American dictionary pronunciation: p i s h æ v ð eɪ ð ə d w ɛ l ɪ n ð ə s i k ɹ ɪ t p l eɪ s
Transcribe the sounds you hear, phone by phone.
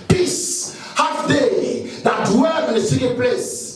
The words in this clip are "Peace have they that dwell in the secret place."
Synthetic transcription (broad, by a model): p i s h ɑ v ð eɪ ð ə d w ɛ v ɪ n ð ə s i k ɪ p l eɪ s